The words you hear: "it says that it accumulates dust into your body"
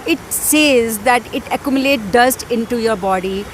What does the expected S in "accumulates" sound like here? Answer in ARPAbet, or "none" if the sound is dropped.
none